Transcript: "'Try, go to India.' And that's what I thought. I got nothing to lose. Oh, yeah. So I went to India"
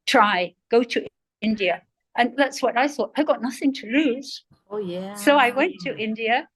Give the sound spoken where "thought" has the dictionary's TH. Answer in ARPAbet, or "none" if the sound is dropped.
TH